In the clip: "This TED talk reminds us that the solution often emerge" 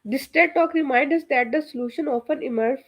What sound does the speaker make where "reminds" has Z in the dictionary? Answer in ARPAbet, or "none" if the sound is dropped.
none